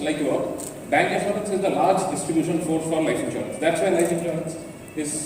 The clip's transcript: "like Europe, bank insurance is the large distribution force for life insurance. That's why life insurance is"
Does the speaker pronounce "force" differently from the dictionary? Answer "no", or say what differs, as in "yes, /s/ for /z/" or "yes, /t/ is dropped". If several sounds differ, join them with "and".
yes, /s/ is dropped